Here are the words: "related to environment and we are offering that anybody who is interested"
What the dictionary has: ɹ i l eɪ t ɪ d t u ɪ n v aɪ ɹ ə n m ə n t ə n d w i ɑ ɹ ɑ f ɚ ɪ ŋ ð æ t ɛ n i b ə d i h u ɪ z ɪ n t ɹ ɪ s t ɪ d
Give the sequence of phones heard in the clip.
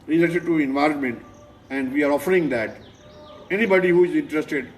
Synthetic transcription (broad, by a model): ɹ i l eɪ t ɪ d t u ɪ n v aɪ ɹ ə n m ə n t ə n d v i ɑ ɹ ɑ f ɚ ɪ ŋ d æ t ɛ n i b ə d i h u ɪ z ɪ n t ɹ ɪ s t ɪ d